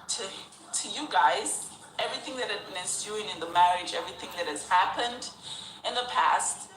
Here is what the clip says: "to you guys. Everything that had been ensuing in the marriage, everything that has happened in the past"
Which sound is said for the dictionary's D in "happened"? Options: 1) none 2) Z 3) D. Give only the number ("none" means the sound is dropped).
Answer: 3